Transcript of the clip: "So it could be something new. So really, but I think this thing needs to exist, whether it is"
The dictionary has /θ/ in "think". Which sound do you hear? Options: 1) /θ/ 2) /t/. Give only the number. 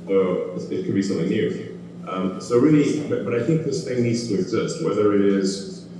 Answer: 1